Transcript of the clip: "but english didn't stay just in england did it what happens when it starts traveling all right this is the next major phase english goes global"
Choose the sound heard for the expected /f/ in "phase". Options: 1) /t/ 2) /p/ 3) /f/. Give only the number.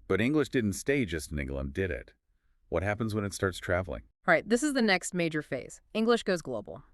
3